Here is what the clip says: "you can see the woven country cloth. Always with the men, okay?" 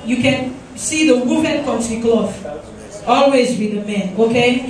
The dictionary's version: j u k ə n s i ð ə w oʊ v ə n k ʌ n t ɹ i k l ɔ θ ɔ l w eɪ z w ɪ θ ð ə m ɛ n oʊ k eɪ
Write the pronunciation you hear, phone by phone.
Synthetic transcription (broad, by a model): j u k ə n s i ð ə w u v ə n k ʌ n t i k l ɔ f ɔ l w eɪ z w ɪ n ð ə m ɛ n oʊ k eɪ